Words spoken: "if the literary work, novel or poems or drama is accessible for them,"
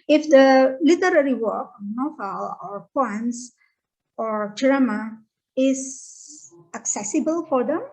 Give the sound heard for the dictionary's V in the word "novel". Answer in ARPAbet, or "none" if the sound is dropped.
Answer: F